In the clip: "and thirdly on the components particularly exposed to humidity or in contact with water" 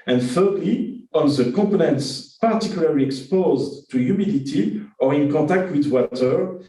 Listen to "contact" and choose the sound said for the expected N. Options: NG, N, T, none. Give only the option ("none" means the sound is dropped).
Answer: none